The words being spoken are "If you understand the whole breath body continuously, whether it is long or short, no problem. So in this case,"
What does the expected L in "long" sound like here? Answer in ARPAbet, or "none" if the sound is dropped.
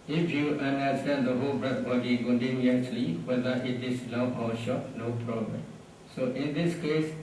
N